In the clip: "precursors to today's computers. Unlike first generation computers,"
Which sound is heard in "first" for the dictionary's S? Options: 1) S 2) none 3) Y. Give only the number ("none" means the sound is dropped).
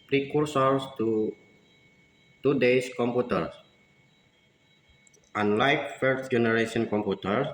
2